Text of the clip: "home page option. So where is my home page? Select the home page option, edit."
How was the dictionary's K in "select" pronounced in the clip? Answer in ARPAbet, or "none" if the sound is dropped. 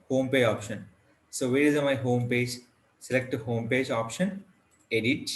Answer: K